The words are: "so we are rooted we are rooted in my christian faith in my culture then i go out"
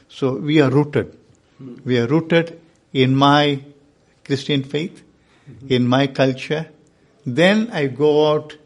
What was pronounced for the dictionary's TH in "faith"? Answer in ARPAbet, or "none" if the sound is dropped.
T